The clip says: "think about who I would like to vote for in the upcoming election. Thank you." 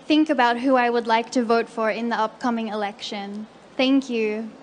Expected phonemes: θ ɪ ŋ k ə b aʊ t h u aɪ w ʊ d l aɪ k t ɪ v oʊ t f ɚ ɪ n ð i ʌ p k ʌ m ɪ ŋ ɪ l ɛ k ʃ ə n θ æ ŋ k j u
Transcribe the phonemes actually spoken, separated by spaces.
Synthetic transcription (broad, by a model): θ ɪ ŋ k ə b aʊ t h u aɪ w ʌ d l aɪ k t ɪ v oʊ t f ɚ ɪ n ð i ʌ p k ʌ m ɪ ŋ ɪ l ɛ k ʃ ə n θ æ ŋ k j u